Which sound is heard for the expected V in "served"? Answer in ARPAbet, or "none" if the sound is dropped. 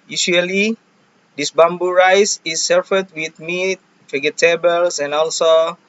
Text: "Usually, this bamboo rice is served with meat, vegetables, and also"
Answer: F